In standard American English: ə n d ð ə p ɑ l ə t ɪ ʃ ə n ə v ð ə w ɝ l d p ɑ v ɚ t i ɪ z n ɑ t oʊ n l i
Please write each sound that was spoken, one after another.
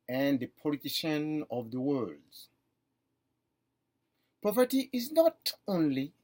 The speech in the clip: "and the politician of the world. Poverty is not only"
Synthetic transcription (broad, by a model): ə n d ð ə p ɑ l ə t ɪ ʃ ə n ə v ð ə w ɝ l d p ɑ p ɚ t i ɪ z n ɑ t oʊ n l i